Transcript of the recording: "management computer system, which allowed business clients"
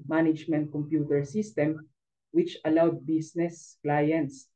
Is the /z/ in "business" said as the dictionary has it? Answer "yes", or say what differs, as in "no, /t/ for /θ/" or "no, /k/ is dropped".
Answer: no, /s/ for /z/